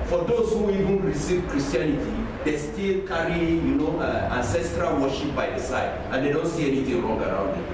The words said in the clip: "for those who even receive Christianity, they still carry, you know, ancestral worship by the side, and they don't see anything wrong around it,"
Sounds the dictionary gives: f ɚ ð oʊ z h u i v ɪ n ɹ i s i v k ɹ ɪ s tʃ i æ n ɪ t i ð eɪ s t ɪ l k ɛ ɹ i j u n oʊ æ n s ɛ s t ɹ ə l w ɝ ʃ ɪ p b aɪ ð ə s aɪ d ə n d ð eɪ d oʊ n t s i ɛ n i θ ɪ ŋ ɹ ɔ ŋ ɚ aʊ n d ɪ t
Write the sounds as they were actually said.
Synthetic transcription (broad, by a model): f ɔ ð oʊ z h u i v ɪ n ɹ i s i v k ɹ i s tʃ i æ n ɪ t i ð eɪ s t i l k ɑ ɹ i j u n oʊ æ n s ɛ s t ɹ ə l w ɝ ʃ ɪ p b aɪ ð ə s aɪ d ə n d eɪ d oʊ n t s i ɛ n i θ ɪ ŋ ɹ ɔ ŋ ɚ aʊ n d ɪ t